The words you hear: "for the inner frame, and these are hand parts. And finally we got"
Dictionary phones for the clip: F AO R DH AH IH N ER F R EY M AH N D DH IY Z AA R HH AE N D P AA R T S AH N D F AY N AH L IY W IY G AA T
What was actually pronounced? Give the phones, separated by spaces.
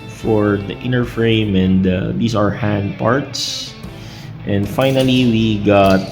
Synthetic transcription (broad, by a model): F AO R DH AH IH N ER F R EY M AH N D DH IY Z AA R HH AE N D P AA R T S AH N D F AY N AH L IY W IY G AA T